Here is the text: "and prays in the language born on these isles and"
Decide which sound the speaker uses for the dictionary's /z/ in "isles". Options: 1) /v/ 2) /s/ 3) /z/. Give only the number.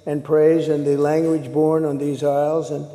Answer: 3